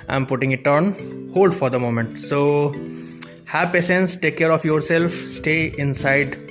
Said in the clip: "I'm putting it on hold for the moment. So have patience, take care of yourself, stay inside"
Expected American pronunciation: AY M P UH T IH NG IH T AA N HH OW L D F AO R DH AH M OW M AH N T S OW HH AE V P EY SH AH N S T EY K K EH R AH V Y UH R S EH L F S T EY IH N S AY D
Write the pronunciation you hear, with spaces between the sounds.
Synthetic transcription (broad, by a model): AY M P UH T IH NG IH T AA N HH OW L D F AO R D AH M OW M AH N T S OW HH AE V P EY S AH N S T EY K K EH R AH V Y UH R S EH L F S T EY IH N S AY D